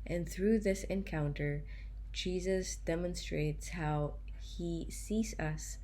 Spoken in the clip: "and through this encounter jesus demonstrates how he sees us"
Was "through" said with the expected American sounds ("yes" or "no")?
yes